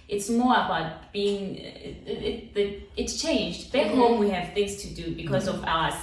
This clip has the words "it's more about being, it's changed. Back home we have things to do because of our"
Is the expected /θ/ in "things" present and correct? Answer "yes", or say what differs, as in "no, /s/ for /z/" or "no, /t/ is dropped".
yes